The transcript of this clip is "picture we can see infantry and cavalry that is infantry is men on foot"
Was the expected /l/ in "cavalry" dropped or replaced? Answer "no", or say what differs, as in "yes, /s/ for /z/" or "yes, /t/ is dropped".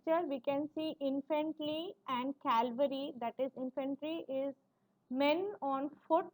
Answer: yes, /l/ is dropped